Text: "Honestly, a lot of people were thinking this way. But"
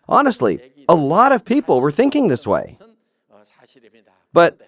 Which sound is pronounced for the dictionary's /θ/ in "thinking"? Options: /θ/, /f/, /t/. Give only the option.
/θ/